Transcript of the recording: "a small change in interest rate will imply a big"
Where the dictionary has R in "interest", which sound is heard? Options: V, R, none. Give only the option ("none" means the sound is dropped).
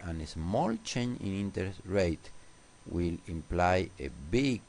none